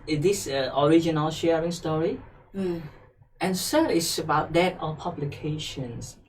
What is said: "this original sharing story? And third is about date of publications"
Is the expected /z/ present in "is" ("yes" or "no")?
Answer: no